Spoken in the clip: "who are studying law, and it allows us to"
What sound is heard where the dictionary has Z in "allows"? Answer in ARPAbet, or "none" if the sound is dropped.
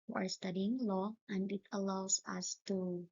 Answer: S